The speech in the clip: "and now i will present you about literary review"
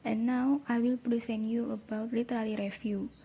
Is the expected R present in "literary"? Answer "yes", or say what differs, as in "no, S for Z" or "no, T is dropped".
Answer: no, L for R